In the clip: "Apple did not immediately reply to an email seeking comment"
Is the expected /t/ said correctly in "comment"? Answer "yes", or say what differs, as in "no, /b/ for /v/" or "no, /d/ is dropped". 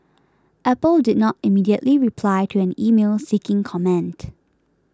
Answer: yes